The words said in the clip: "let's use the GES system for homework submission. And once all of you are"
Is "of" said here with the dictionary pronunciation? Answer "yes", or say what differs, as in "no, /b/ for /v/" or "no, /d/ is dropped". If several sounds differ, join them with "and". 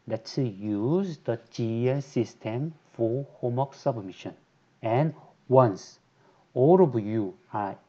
no, /b/ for /v/